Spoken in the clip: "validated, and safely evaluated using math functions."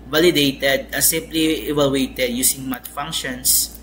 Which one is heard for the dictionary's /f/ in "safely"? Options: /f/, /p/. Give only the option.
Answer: /p/